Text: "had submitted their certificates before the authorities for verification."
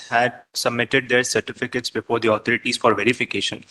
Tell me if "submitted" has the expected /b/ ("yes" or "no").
yes